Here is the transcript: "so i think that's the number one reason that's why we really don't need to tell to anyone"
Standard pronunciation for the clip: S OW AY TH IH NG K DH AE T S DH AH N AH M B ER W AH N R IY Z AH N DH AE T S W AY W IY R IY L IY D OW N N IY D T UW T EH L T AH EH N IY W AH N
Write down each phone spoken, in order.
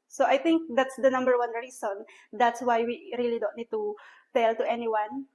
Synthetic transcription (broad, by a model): S OW AY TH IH NG K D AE T S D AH N AH M B ER W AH N R IY S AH N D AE T S W AY W IY R IY L IY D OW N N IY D T UW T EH L T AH EH N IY W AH N